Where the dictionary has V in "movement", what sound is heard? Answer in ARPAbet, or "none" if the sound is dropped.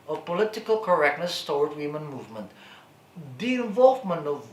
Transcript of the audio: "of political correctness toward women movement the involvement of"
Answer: V